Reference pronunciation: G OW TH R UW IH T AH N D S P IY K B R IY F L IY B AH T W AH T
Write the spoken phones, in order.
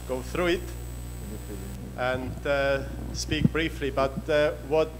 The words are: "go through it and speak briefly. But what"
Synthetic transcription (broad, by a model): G OW TH R UW IH T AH N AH S P IY K B R IY F L IY B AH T W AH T